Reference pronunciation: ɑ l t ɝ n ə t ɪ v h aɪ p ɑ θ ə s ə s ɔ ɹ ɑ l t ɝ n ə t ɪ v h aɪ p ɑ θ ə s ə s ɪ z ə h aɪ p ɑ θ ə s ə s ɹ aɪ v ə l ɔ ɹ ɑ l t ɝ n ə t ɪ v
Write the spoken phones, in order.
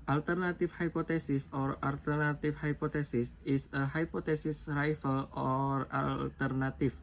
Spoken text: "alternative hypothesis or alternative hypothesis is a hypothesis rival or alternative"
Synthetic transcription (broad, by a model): ɑ l t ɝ n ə t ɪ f h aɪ p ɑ t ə s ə s ɔ ɹ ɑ l t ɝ n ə t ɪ f h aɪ p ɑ t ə s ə s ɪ s ə h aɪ p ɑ t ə s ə s ɹ aɪ f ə l ɔ ɹ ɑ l t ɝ n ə t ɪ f